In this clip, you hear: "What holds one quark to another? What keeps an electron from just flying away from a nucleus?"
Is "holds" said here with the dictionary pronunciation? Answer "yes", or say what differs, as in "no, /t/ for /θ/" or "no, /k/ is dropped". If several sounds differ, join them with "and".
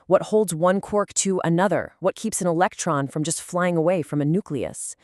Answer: yes